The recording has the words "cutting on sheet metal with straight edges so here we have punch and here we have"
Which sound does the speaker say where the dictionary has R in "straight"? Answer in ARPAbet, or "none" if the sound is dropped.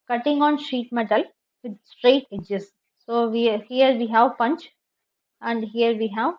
R